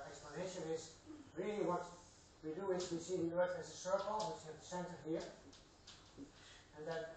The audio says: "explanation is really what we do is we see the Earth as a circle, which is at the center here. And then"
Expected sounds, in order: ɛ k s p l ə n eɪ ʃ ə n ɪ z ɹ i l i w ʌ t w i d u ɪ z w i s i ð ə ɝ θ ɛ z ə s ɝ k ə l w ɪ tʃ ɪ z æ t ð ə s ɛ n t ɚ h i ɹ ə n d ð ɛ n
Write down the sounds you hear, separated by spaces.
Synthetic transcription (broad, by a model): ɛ k s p l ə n eɪ ʃ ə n ɪ z ɹ i l i w ʌ t w i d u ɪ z w i s i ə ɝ t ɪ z ə s ɝ k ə l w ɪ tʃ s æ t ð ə s ɛ n t ɚ h i ɹ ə n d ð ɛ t